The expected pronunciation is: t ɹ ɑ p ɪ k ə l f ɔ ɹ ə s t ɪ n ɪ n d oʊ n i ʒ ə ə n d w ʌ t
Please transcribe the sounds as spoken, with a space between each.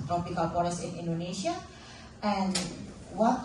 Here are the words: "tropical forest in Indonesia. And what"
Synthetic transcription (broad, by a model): t ɹ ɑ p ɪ k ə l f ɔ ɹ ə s ɪ n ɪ n d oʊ n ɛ ʃ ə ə n w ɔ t